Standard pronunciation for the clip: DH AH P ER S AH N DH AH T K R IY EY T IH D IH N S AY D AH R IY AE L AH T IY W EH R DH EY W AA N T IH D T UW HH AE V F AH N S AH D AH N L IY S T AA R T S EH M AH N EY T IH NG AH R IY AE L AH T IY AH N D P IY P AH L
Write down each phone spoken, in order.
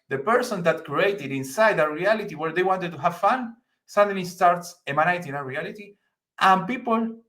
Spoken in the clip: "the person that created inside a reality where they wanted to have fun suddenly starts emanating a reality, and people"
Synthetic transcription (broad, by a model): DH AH P ER S AH N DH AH T K R IY EY T IH D IH N S AY D AH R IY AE L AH T IY W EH R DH EY W AA N T IH D T UW HH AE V F AH N S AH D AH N IY S T AA R T S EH M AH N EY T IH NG AH R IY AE L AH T IY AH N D P IY P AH L